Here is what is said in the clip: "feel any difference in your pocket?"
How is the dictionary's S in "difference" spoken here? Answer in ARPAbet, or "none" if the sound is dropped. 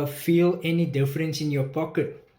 S